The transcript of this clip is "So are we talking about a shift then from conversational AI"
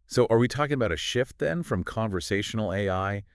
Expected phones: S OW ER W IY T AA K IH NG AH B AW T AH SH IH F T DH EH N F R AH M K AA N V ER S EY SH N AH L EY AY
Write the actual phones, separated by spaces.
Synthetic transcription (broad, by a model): S OW ER W IY T AA K IH NG AH B AW T AH SH IH F T DH EH N F R AH M K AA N V ER S EY SH N L EY AY